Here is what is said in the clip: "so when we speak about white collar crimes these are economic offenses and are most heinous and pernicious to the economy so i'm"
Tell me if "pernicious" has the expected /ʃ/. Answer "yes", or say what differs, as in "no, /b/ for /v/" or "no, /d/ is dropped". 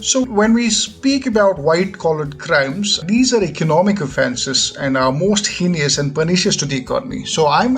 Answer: yes